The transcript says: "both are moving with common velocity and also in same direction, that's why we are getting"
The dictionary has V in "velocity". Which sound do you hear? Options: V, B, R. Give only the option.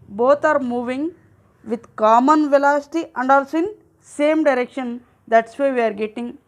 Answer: V